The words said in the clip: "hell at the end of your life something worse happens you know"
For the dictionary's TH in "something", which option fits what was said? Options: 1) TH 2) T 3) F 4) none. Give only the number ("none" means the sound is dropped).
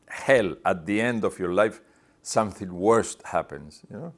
1